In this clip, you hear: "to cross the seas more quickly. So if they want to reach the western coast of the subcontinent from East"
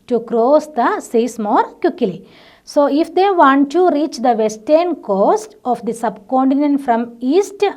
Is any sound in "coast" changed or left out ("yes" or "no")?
no